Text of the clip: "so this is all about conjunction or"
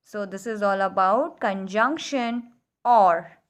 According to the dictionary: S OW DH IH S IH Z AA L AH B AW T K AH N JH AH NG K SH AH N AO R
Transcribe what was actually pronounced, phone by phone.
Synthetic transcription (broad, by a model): S OW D IH S IH Z AA L AH B AW T K AH N JH AH NG K SH AH N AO R